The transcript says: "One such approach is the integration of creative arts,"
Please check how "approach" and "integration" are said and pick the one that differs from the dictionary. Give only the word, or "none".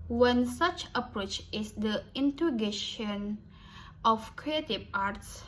integration